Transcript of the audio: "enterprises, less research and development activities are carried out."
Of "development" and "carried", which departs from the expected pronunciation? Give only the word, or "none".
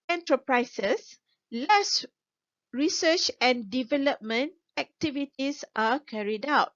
none